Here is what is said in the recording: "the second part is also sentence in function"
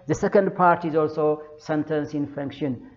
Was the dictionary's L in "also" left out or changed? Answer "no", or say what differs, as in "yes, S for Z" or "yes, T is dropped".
no